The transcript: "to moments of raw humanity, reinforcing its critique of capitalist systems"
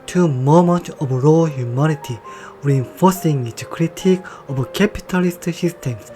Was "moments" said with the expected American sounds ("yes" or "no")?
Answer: no